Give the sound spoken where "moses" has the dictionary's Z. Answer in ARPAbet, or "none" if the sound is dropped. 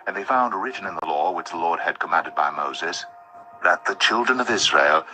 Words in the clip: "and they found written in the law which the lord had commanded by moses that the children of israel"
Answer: Z